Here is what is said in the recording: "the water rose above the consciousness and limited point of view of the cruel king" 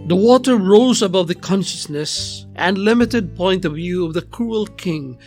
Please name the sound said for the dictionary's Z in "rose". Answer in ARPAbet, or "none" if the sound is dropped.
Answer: Z